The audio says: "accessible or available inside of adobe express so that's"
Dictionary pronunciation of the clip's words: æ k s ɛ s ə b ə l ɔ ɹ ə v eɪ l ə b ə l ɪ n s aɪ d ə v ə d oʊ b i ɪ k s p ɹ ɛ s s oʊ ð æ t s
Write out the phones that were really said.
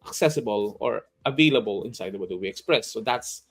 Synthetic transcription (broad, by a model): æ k s ɛ s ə b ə l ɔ ɹ ə v eɪ l ə b ə l ɪ n s aɪ d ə w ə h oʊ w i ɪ k s p ɹ ɛ s s oʊ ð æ t s